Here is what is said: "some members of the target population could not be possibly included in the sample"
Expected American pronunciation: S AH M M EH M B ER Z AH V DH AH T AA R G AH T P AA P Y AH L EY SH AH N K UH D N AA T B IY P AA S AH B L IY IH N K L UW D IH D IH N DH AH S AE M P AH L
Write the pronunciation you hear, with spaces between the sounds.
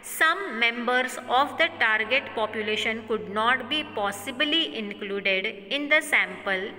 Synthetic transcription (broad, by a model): S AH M M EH M B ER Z AH V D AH T AA R G AH T P AA P Y AH L EY SH AH N K UH D N AA T B IY P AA S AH B L IY IH N K L UW D IH D IH N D AH S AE M P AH L